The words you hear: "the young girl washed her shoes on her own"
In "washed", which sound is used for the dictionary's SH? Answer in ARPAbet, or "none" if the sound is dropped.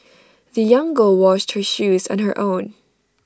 SH